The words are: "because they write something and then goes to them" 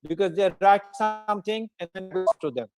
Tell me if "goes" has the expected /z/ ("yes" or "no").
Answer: no